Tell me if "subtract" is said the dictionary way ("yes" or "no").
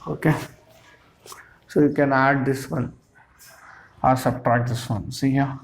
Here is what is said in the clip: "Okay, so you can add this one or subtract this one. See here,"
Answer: no